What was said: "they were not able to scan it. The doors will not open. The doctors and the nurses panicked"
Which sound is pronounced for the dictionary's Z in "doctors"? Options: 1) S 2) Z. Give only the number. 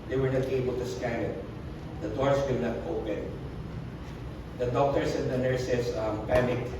1